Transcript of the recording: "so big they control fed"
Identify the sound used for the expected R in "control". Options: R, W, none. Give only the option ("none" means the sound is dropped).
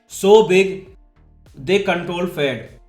R